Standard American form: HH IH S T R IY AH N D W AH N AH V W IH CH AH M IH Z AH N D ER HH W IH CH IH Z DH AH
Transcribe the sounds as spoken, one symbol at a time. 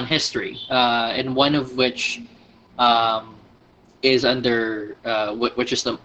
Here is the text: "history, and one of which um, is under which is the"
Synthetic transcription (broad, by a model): HH IH S T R IY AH N W AH N AH V W IH CH AH M IH Z AH N D ER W W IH CH IH Z DH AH